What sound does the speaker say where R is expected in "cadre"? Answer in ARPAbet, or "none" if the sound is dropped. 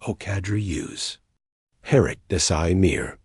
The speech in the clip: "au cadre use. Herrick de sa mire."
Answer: R